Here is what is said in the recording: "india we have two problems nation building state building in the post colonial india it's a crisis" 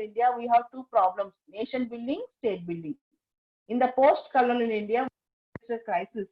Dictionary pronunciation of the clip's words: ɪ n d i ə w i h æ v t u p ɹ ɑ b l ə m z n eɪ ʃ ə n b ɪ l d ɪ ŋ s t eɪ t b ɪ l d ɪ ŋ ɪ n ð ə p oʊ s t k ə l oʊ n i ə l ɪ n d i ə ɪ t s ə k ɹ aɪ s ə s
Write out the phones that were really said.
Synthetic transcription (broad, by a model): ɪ n d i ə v i h æ v t u p ɹ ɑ b l ə m s n eɪ ʃ ə n b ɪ l d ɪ ŋ s t eɪ t b ɪ l d ɪ ŋ ɪ n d ə p oʊ s t k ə l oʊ l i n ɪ n d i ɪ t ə k ɹ aɪ s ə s